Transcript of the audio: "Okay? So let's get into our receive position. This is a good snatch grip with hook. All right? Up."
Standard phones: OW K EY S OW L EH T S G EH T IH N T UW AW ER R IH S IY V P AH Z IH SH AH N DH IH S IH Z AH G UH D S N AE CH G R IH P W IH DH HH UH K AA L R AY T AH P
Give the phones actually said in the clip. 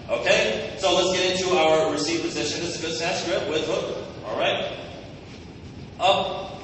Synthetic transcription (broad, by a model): OW K EY S OW L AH T S G EH T IH N T UW AW ER R IH S IY V P AH Z IH SH AH N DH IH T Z AH G UH D S AE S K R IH P W IH DH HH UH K AA L R AY T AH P